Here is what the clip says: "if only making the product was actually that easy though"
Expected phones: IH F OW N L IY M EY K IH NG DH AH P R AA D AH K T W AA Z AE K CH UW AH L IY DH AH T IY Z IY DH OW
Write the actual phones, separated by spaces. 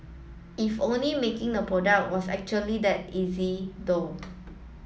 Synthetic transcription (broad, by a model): IH F OW N L IY M EY K IH NG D AH P R AA D AH K T W AA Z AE K CH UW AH L IY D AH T IY Z IY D OW